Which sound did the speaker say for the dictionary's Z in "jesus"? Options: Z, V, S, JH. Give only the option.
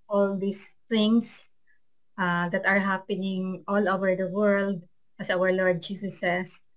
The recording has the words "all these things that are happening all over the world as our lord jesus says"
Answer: S